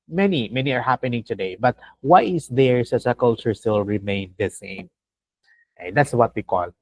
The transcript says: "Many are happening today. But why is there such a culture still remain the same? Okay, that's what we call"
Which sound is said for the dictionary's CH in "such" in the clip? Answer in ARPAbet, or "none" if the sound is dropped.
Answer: S